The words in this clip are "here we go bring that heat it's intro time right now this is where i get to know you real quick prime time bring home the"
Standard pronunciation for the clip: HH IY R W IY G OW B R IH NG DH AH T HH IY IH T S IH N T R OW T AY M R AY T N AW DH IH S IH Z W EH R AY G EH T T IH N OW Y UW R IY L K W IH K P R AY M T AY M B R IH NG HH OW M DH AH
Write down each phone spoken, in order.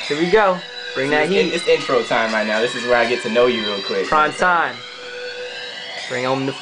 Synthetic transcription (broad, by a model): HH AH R W IY G OW B R IH NG DH AH T HH IY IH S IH N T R OW T AY M R AY T N AW DH IH S IH Z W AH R AY G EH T T IH N OW Y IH R IY L K W IH K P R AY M T AY M B R IH NG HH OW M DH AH